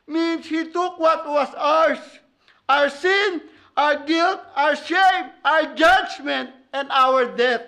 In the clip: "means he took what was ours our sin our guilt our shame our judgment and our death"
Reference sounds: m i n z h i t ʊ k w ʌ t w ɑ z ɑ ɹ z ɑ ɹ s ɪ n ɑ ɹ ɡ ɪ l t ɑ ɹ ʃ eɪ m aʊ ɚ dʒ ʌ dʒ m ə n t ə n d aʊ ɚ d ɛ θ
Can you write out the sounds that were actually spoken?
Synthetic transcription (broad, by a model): m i n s h i t ʊ k w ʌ t w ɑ s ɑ ɹ s ɑ ɹ s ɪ n ɑ ɹ ɡ ɪ l t ɑ ɹ ʃ eɪ m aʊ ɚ dʒ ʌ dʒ m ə n t ə n d aʊ ɚ d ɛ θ